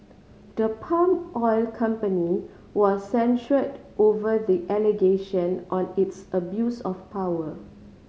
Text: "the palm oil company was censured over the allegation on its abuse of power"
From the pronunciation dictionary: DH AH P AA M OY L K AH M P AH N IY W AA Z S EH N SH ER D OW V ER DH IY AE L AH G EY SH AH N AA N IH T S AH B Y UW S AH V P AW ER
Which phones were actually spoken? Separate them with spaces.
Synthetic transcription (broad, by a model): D AH P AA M OY L K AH M P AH N IY W AA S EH N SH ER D OW V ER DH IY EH L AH G EY SH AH N AA N IH T S AH B Y UW S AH F P AW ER